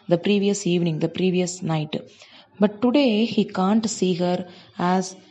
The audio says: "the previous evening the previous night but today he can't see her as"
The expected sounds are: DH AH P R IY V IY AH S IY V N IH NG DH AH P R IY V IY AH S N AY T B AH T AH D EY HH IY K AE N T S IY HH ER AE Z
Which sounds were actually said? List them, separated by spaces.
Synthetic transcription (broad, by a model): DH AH P R IY V IY AH S IY V N IH NG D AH P R IY V IY AH S N AY T B AH T AH D EY HH IY K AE N T S IY HH ER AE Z